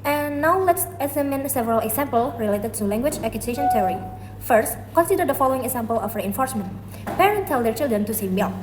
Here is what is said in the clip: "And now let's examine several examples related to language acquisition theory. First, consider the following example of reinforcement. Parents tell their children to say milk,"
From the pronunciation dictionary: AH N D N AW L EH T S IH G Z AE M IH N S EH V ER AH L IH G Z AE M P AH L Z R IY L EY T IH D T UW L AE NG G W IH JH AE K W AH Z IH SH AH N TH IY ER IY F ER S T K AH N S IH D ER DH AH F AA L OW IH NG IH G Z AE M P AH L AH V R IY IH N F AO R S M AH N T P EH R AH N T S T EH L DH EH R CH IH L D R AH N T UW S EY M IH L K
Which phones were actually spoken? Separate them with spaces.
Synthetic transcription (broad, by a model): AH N N AW L EH T S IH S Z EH M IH N S EH V ER AH L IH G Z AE M P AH L R IY L EY T IH D T UW L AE NG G W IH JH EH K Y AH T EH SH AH N T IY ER IY F ER S T K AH N S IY D ER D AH F AA L OW IH NG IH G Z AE M P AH L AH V R IY IH N F AO R S M AH N T P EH R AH N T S T EH L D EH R CH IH L D R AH N T UW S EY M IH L